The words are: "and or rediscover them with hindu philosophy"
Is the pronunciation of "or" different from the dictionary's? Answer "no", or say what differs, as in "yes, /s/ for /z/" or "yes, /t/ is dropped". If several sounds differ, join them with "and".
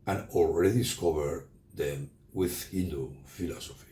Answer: yes, /l/ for /ɹ/